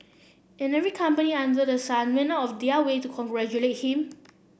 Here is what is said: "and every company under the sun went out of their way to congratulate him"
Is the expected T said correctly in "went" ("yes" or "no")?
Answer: no